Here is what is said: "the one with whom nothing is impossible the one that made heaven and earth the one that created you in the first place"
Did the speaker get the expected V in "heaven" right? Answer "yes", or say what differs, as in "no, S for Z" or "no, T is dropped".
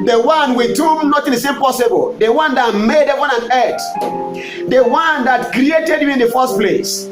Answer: no, W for V